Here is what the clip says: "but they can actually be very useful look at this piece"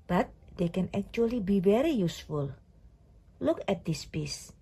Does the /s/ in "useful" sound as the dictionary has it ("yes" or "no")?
yes